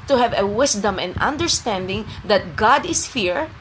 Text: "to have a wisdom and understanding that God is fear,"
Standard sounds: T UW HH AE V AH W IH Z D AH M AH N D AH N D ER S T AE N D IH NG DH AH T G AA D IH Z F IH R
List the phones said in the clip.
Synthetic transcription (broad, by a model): T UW HH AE V AH W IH S D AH M AH N D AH N D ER S T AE N D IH NG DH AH T G AA D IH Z F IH R